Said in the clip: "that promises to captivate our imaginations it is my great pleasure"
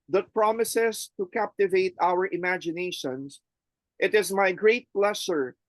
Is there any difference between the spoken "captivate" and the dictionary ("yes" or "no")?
no